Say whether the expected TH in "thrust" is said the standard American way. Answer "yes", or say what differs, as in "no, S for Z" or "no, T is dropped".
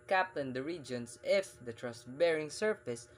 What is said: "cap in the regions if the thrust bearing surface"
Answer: no, T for TH